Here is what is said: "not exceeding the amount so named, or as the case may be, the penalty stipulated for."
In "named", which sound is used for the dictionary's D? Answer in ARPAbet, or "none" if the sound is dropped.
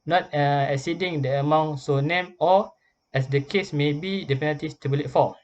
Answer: none